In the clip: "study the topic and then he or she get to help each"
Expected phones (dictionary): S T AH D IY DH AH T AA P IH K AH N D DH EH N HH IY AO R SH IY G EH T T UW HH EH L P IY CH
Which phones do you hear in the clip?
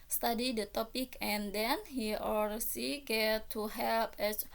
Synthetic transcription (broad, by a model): S T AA D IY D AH T AA P IH K AH N D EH N HH IY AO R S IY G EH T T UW HH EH L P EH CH